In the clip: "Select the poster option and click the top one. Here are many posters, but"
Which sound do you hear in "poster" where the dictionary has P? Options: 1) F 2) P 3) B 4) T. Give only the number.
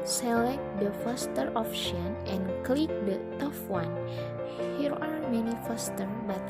1